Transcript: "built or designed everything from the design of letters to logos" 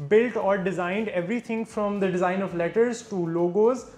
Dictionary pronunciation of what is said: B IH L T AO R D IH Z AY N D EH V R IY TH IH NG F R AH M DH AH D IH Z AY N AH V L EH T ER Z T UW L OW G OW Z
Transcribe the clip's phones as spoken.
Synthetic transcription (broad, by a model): B IH L T AO R D IH Z AY N D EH V R IY T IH NG F R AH M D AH D IH Z AY N AH V L EH T ER Z T UW L OW G OW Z